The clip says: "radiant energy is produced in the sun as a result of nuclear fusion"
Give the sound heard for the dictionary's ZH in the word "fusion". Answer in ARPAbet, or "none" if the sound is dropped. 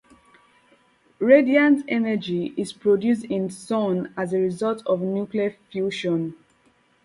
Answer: SH